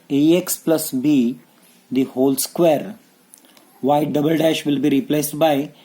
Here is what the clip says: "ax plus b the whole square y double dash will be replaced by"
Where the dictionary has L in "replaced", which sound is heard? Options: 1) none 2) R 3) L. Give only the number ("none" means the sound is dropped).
3